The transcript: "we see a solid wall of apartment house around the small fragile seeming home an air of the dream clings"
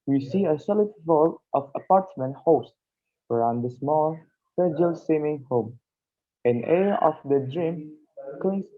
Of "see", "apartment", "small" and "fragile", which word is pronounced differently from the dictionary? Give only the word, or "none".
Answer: fragile